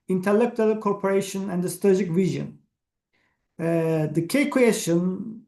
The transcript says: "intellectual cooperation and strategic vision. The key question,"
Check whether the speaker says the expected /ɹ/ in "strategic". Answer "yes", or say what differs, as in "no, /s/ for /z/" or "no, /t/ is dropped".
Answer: no, /ɹ/ is dropped